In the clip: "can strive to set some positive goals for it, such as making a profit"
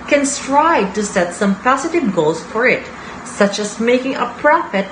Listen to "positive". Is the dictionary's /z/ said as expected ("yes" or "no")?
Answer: no